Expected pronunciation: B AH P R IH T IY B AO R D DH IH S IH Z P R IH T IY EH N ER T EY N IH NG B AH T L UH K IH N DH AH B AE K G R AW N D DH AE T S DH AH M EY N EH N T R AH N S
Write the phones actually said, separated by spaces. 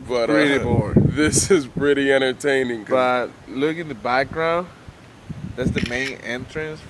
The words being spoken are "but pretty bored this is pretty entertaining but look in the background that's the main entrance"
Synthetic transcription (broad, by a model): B AH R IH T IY B AO R D DH IH S IH Z P R IH T IY EH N ER T EY N IH NG B AH T L UH K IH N DH AH B AE K G R AW N D DH AE T S DH AH M EY N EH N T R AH N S